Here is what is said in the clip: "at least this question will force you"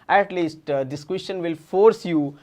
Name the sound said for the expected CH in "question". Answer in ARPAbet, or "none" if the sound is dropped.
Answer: SH